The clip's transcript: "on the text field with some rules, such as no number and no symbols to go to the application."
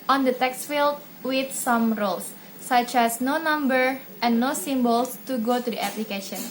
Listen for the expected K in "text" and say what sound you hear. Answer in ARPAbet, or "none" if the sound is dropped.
K